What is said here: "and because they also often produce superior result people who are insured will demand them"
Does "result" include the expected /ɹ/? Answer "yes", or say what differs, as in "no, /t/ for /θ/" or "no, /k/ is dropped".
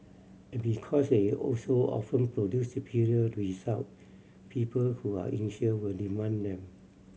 no, /w/ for /ɹ/